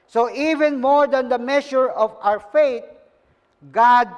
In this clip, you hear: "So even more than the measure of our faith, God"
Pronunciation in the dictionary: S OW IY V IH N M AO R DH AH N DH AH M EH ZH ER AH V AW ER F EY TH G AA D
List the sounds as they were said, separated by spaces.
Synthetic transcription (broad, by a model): S OW IY V IH N M AO R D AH N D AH M EH SH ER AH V AW ER F EY T G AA D